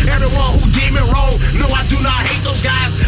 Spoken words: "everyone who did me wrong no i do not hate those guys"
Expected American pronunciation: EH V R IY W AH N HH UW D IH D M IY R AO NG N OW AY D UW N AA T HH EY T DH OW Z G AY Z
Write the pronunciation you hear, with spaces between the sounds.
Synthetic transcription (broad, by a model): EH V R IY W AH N HH UW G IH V M IY R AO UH N OW AY D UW N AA T HH EY T DH OW Z G AY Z